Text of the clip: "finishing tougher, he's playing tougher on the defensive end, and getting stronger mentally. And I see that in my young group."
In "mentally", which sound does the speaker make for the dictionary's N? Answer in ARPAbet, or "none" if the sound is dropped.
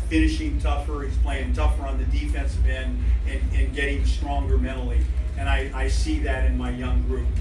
none